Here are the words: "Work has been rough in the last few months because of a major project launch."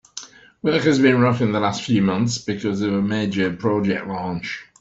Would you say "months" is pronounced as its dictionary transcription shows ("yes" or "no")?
yes